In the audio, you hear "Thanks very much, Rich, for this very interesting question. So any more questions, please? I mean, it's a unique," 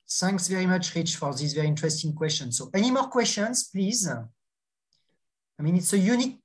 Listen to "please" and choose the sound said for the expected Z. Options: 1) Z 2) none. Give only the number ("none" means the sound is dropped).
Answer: 1